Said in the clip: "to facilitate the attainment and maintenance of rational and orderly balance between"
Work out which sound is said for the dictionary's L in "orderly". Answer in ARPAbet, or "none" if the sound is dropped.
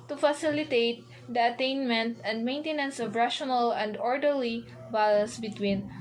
L